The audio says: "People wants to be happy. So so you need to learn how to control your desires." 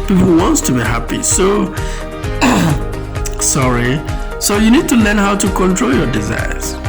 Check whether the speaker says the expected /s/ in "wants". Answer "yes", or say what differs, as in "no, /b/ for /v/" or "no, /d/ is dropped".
yes